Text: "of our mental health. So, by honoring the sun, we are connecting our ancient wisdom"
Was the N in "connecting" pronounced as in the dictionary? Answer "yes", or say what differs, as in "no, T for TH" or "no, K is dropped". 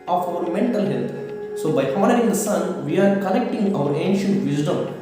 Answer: no, L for N